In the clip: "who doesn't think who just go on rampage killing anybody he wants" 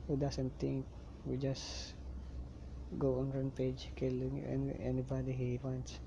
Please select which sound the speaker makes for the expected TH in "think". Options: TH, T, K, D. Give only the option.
T